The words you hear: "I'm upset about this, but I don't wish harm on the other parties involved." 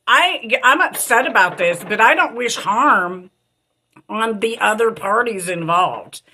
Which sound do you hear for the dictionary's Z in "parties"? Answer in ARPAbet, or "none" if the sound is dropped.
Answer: Z